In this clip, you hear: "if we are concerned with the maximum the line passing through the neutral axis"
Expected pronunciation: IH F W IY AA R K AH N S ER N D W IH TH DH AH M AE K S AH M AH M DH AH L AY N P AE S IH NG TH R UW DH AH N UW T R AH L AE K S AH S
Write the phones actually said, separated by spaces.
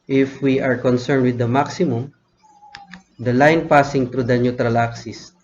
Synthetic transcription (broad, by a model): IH F W IY AA R K AH N S ER N D W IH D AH M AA K S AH M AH M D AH L AY N P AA S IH NG T R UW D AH N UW T R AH L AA K S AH S